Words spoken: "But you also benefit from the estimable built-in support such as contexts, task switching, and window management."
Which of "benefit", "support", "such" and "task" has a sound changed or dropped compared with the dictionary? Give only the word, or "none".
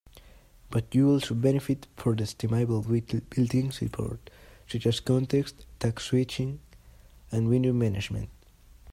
task